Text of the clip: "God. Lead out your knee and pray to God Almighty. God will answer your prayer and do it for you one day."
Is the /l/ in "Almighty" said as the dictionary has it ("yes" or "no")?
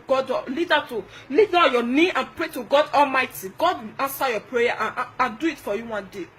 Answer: yes